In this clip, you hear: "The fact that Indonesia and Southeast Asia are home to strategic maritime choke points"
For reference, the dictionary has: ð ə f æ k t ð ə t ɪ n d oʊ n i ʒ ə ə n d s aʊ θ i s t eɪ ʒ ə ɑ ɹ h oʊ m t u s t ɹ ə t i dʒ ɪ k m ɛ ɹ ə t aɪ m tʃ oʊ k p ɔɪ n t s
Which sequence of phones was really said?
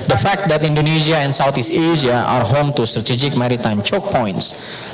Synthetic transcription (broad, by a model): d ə f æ k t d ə t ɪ n d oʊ n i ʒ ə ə n s aʊ t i s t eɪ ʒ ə ɑ ɹ h oʊ m t u s t ɹ ə t i dʒ ɪ k m ɛ ɹ ə t aɪ m tʃ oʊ k p ɔɪ n t s